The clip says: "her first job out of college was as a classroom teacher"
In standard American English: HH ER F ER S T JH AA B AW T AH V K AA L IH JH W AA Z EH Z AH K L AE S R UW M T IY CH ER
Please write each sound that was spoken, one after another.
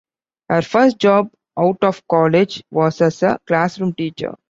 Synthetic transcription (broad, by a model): HH ER F ER S T JH AA B AW T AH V K AA L IH JH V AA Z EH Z AH K L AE S R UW M T IY CH ER